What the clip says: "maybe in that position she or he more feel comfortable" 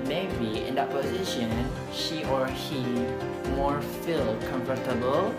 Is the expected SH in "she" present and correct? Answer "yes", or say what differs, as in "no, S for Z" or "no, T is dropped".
yes